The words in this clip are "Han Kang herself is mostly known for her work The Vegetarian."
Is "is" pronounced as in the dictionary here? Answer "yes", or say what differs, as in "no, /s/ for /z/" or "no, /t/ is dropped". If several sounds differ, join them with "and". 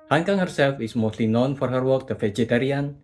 no, /s/ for /z/